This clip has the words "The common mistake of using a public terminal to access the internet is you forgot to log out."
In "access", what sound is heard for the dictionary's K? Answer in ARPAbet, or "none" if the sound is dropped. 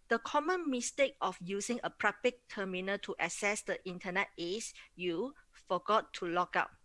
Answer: none